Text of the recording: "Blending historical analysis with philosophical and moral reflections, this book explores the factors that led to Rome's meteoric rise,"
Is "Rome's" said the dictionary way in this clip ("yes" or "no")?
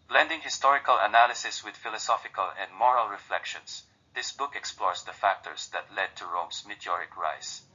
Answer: no